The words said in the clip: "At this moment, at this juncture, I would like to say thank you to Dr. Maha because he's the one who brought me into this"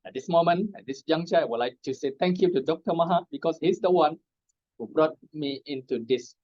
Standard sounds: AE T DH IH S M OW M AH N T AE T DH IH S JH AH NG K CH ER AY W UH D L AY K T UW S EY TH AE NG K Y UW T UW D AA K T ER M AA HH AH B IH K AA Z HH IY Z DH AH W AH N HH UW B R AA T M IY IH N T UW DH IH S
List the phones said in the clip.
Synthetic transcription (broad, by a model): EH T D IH S M OW M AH N EH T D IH S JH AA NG CH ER AY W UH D L AY K T UW S EY T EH NG K Y UW T UW D AA K T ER M AA HH AH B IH K AA S HH IY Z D AH W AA N HH UW B R AA T M IY IH N T UW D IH S